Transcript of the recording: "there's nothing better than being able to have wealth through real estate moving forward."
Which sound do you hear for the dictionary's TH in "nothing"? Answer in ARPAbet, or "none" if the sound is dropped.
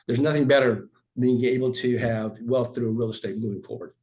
TH